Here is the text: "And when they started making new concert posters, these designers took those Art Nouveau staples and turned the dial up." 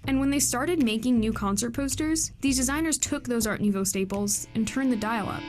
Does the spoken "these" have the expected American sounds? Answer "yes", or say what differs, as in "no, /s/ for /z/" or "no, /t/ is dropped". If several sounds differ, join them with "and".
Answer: yes